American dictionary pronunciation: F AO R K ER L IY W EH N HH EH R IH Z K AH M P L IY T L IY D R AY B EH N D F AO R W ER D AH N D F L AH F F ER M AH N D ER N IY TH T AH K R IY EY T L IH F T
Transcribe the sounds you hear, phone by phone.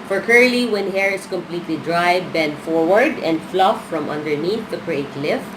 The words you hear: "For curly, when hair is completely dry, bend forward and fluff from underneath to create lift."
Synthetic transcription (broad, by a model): F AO R K ER L IY W EH N HH EH R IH S K AH M P L IY T L IY D R AY B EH N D F AO R W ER D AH N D F L AH F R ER M AH N D ER N IY TH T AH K R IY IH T L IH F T